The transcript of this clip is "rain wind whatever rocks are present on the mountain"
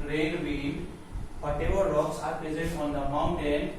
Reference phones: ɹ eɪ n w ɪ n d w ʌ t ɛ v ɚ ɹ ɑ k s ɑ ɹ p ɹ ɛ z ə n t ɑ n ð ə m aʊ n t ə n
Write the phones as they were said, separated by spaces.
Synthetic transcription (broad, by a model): ɹ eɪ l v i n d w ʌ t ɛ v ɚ ɹ ɑ k s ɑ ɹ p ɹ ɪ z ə t ɑ n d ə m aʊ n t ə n